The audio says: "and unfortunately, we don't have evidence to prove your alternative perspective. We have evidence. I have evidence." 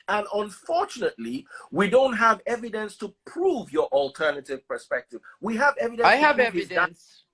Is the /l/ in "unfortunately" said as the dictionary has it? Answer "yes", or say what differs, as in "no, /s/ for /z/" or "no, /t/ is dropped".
yes